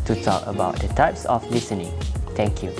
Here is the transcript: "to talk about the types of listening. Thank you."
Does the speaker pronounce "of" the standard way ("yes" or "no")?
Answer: no